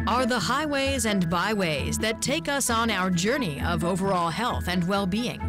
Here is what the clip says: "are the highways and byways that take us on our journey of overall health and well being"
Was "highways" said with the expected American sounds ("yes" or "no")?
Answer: yes